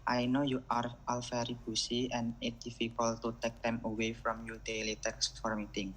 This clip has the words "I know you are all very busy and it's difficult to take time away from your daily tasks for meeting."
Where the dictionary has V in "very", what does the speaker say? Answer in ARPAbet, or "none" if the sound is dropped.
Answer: F